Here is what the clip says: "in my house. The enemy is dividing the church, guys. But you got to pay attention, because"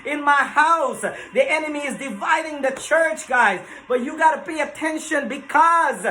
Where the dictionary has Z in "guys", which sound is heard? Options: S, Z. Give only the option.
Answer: Z